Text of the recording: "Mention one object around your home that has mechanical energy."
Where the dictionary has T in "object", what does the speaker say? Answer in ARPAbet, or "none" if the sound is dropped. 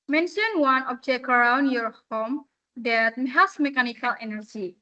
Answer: none